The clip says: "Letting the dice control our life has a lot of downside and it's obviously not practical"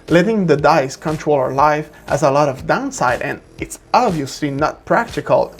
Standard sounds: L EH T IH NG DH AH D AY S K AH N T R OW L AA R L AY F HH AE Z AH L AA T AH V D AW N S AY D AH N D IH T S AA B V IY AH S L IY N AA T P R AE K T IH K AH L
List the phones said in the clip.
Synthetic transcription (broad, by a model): L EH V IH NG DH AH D AY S K AH N T R OW L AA R L AY F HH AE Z AH L AA T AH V D AW N S AY D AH N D IH T S AA B V IY AH S L IY N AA T P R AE K T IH K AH L